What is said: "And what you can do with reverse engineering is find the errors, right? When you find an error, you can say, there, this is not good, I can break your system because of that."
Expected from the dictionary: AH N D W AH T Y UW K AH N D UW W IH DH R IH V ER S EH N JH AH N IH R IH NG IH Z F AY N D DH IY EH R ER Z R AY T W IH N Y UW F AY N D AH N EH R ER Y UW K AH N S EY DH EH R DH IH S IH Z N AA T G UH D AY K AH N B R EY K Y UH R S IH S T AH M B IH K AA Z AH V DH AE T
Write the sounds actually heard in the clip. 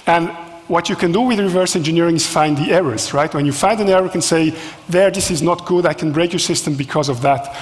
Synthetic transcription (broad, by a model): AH N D W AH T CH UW K AH N D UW W IH DH R IH V ER S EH N JH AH N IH R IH NG IH Z F AY N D DH IY EH R ER Z R AY T W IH N Y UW F AY N D AH N EH R ER K AH N S EY DH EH R DH IH S IH Z N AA T G UH D AY K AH N B R EY K Y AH R S IH S T AH M B IH K AA Z AH V DH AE T